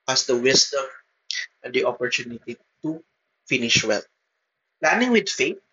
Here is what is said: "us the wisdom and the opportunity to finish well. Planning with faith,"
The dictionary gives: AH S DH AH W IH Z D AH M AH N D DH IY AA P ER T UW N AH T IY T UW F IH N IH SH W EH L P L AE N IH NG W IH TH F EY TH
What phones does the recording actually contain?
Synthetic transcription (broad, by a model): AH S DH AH W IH S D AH M AH N D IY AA P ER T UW N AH T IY T UW F IH N IH SH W EH L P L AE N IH NG W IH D F EY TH